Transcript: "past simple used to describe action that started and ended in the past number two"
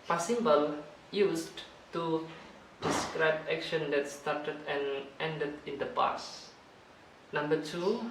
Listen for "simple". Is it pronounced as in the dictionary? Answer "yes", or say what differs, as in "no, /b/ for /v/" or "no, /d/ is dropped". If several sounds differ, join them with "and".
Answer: no, /b/ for /p/